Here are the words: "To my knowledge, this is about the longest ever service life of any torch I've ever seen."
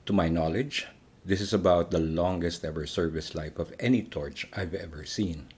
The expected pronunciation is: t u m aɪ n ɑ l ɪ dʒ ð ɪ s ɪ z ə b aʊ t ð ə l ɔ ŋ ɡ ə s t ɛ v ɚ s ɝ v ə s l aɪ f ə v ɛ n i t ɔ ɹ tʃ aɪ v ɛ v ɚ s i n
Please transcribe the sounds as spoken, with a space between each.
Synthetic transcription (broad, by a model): t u m aɪ n ɑ l ɪ dʒ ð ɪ s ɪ s ə b aʊ t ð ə l ɔ ŋ ɡ ə s t ɛ v ɚ s ɝ v ə s l aɪ f ə v ɛ n i t ɔ ɹ tʃ aɪ v ɛ v ɚ s i n